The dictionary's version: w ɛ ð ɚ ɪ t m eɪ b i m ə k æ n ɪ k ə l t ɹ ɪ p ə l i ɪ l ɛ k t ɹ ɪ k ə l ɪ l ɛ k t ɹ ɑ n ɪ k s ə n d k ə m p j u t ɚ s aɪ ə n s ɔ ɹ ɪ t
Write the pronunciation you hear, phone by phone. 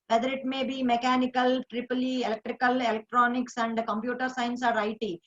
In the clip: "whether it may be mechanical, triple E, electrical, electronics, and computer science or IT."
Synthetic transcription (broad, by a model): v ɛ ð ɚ ɪ t m eɪ b i m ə k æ n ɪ k ə l t ɹ ɪ p ə l i ɪ l ɛ k t ɹ ɪ k ə l ɪ l ɛ k t ɹ ɑ n ɪ k s ə n d k ə m p j u t ɚ s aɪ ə n s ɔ ɹ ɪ t